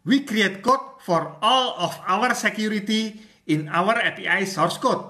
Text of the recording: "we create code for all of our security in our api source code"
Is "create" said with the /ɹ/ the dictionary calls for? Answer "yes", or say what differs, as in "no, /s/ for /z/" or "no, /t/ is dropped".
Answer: yes